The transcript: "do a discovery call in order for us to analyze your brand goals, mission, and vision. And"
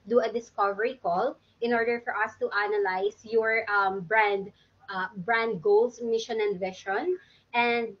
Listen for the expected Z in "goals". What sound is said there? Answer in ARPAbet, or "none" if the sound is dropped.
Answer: S